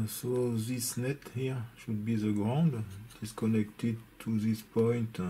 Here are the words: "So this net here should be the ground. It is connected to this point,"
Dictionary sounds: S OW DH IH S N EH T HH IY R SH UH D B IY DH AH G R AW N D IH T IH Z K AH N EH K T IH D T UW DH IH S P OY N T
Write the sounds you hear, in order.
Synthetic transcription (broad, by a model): S OW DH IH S N EH T HH IY R SH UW D B IY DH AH G R AW N D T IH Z K AH N EH K T IH D T UW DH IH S P OY N T